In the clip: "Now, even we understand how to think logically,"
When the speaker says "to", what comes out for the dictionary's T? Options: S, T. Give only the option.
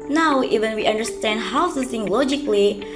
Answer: S